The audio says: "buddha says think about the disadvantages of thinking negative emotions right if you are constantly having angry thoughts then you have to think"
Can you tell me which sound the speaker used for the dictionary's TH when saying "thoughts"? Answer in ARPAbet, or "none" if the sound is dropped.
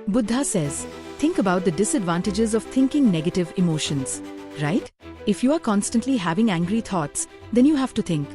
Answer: T